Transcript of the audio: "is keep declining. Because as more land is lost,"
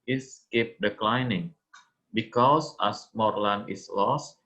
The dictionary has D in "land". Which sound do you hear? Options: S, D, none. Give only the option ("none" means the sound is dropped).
none